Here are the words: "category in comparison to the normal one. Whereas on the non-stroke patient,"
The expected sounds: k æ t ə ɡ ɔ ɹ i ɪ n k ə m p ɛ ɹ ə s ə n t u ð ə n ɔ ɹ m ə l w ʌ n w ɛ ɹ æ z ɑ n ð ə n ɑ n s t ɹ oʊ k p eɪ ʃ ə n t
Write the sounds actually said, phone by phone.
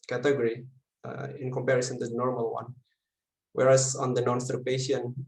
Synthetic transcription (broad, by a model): k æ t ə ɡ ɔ ɹ i ɪ n k ə m p ɛ ɹ ə s ə n t u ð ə n ɔ ɹ m ə l w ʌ n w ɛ ɹ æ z ɑ n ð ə n ɑ n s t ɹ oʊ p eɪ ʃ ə n